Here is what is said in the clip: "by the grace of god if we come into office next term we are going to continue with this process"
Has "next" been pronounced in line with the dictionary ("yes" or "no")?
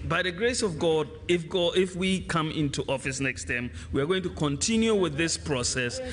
yes